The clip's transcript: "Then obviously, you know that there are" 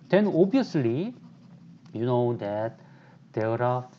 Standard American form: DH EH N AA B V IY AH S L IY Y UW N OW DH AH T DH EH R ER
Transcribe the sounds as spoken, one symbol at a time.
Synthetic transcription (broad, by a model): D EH N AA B IY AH S L IY Y UW N OW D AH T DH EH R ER